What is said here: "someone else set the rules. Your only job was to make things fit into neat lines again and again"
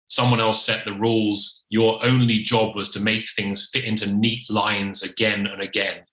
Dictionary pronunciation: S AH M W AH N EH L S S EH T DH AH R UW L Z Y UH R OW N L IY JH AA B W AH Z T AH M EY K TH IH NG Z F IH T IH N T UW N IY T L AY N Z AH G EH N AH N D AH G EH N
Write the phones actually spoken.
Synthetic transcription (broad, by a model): S AH M W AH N EH L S S EH T DH AH R UW L Z Y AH R OW N L IY JH AA B W AH Z T AH M EY K TH IH NG Z F IH T IH N T UW N IY T L AY N Z AH G EH N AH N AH G EH N